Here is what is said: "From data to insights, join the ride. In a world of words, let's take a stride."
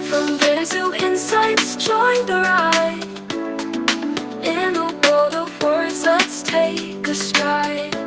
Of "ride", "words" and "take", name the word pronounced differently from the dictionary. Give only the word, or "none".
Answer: ride